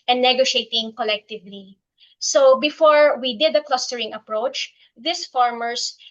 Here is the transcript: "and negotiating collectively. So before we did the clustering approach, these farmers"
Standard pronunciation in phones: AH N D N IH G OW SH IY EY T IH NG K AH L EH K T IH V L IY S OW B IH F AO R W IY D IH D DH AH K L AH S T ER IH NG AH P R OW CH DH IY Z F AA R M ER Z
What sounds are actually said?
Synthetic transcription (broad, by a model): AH N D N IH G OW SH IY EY T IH NG K AH L EH K T IH V L IY S OW B IH F AO R W IY D IH D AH K L AH S T ER IH NG AH P R OW CH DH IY S F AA R M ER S